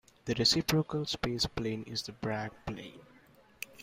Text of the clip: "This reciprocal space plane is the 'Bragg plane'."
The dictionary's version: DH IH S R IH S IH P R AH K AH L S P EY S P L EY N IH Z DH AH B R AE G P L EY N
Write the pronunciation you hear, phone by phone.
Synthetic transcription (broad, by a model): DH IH R IH S IH P R AH K AH L S P EY S P L EY N IH Z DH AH B R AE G P L EY N